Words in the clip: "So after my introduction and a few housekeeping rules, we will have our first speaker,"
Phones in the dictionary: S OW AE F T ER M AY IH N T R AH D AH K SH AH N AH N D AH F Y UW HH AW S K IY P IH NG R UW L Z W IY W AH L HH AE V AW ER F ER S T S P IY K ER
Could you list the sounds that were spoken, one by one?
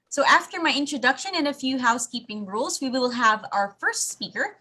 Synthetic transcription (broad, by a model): S OW AE F T ER M AY IH N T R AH D AH K SH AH N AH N AH F Y UW HH AW S K IY P IH NG R UW L Z W IY W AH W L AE V AW ER F ER S T S P IY K ER